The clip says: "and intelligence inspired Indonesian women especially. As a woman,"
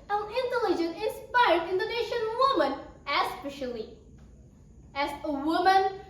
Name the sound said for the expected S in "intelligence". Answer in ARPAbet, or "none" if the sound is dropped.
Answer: none